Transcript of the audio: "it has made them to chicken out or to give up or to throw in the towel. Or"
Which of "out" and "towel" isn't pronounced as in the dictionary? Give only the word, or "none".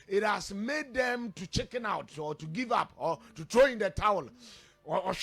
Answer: none